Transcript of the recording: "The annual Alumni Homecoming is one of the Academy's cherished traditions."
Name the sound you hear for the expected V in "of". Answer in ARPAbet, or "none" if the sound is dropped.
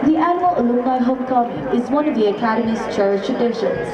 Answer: V